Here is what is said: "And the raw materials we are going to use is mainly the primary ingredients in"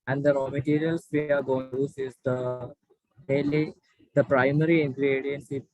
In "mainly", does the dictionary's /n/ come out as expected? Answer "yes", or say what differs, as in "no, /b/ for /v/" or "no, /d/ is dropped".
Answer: no, /n/ is dropped